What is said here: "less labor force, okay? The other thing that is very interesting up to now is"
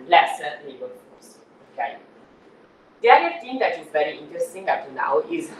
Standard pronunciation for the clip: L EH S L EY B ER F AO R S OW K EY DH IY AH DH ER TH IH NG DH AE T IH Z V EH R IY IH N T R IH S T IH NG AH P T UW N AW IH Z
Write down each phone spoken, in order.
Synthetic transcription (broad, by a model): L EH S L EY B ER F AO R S OW K EY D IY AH ER T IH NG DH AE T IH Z V EH R IY IH N T R IH S T IH NG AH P T UW N AW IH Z